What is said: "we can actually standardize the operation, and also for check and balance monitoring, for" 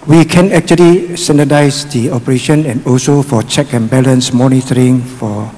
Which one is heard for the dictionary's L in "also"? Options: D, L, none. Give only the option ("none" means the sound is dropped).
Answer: L